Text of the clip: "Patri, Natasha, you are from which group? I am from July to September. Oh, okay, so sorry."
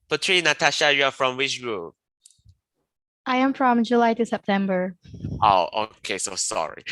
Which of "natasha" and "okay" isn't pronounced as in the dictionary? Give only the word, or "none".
none